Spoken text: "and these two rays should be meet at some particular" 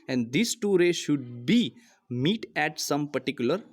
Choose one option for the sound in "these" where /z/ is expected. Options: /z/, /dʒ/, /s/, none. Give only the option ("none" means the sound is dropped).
/s/